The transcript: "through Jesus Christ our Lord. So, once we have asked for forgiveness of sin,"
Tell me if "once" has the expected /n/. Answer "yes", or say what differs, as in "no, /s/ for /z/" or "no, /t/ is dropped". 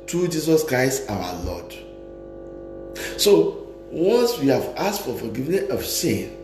no, /n/ is dropped